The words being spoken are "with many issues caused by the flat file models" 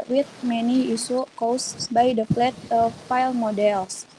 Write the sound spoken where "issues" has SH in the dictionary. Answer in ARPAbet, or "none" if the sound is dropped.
S